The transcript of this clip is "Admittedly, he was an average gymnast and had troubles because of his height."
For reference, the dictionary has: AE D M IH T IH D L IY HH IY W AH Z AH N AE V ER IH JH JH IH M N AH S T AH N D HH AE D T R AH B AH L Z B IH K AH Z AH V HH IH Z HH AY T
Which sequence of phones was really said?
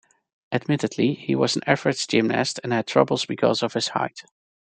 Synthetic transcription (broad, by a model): AE D M IH T IH D L IY HH IY W AH Z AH N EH F ER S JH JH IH M N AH S T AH N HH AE D T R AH B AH L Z B IH K AH Z AH V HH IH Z HH AY T